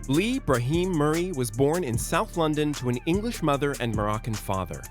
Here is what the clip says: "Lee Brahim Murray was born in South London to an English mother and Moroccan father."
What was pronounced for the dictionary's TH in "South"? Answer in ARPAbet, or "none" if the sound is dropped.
TH